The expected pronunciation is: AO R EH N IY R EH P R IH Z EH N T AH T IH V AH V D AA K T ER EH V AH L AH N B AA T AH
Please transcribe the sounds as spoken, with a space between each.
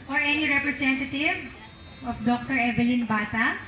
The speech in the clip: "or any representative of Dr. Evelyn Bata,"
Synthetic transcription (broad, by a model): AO R EH N IY R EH P R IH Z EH N T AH T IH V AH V D AA K T ER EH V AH L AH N B AA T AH